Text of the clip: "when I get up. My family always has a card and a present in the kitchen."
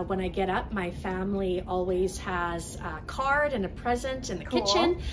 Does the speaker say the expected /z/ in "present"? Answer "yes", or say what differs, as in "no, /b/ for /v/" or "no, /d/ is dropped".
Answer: yes